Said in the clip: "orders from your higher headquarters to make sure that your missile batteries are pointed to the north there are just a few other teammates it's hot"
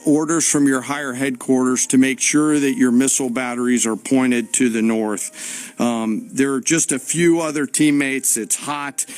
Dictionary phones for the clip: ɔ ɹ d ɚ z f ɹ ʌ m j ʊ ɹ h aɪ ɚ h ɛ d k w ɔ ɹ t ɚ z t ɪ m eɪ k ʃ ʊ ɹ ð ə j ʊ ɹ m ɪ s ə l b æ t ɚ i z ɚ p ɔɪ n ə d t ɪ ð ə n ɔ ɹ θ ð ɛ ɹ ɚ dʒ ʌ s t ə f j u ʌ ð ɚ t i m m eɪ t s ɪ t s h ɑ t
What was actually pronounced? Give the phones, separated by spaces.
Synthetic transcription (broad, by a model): ɔ ɹ d ɚ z f ɹ ʌ m j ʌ ɹ h aɪ ɚ h ɛ d k w ɔ ɹ t ɚ z t ɪ m eɪ k ʃ ʊ ɹ ð ə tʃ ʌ ɹ m ɪ s l b æ t ɚ i z ɚ p ɔɪ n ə d t ɪ ð ə n ɔ ɹ θ ð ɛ ɹ dʒ ʌ s t ə f j u ʌ ð ɚ t i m m eɪ t s ɪ t s h ɑ t